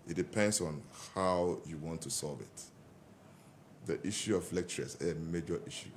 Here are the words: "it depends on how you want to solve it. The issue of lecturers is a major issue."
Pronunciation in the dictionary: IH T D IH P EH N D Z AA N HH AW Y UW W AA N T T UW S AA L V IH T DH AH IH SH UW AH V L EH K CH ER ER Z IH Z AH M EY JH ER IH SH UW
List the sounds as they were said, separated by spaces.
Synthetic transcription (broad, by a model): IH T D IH P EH N D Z AA N HH AW Y UW W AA N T T UW S AA L V IH T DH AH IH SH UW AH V L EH K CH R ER S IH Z AH M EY JH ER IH SH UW